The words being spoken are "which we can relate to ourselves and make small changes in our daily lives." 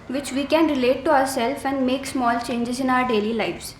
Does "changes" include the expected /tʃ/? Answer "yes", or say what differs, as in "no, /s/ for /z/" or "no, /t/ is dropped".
yes